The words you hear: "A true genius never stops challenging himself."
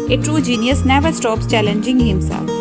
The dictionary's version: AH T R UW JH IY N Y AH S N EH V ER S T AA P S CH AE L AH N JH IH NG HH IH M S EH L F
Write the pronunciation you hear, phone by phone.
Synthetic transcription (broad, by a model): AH T R UW JH IY N Y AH S N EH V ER S T AA P S CH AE L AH N JH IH NG HH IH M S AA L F